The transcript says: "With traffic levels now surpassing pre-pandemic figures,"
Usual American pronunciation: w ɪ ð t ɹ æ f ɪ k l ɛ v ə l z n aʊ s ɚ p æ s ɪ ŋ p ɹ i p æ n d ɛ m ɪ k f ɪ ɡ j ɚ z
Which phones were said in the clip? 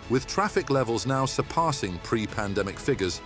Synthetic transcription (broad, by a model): w ɪ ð t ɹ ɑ f ɪ k l ɛ v ə l z n aʊ s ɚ p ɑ s ɪ ŋ p ɹ i p æ n d ɛ m ɪ k f ɪ ɡ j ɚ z